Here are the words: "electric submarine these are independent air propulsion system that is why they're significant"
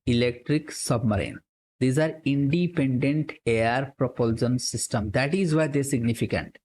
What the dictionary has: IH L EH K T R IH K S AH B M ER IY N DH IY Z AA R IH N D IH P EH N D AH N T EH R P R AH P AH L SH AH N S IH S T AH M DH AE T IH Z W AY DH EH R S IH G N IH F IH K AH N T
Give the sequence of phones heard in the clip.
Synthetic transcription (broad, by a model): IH L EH K T R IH K S AH B M ER IY N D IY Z AA R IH N D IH P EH N D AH N T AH R P R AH P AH L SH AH N S IH S T AH M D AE T IH Z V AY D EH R S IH G N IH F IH K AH N T